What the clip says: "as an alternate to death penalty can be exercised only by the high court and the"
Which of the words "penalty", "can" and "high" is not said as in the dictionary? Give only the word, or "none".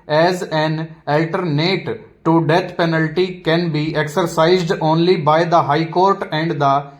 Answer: none